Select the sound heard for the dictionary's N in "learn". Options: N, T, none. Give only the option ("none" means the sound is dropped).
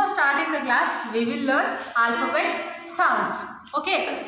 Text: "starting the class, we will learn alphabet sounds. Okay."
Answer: none